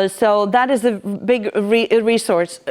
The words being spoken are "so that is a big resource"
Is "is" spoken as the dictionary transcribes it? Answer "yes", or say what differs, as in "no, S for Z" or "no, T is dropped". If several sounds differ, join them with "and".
yes